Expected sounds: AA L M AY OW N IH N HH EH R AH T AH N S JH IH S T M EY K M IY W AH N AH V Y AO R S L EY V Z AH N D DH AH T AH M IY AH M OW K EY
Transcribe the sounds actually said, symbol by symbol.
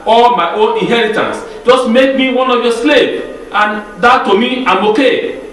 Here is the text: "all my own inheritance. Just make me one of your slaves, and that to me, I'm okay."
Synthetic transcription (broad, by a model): AA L M AY OW N IH N HH EH R AH T AH N S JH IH S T M EY K M IY W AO N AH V Y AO S L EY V AH N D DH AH T AH M IY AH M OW K EY